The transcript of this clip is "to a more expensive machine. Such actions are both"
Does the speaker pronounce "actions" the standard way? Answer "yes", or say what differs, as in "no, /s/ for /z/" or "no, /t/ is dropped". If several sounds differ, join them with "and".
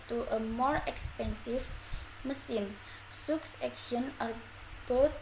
no, /z/ is dropped